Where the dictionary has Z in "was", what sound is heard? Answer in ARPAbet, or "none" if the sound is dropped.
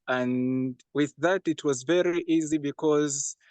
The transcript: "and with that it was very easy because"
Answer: Z